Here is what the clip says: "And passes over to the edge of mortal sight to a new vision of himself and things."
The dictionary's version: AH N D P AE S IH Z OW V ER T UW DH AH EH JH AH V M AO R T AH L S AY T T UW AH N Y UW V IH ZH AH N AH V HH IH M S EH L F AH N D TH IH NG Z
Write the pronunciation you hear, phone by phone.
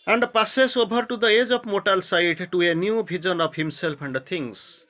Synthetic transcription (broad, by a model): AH N D P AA S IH S OW B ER T UW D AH EH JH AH P M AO T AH L S AY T T UW AH N Y UW B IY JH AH N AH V HH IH M S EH L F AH N D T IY NG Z